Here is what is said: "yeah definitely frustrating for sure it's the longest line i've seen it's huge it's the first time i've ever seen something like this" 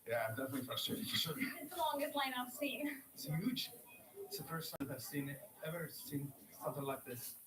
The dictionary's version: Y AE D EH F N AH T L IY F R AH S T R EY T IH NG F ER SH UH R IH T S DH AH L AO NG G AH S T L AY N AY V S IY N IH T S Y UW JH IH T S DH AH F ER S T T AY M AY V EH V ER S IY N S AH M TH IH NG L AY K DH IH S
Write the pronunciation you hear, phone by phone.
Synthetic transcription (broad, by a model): Y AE D EH F N AH T L IY F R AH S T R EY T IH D F ER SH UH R IH T S DH AH L AO NG G AH S T L AY N AY V S IY N IH T S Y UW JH IH T S DH AH F ER S T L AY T AY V EH V ER S IY N S AH M TH IH NG L AY K DH IH S